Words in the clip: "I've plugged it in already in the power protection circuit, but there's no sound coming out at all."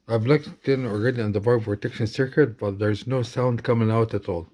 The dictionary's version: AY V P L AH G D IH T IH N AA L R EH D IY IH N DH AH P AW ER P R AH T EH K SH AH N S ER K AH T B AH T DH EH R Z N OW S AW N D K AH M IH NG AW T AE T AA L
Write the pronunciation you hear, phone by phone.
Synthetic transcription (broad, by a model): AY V L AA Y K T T IH N AA L R EH D IY IH N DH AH B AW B P R AH T EH K SH AH N S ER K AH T B AH T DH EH R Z N OW S AW N D K AH M IH NG AW T AE T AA L